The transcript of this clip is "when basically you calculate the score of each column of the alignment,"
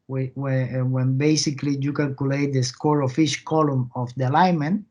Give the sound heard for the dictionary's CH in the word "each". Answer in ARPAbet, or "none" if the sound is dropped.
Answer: SH